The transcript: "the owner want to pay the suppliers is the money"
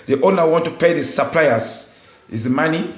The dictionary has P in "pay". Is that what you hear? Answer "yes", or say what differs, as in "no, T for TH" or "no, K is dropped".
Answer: yes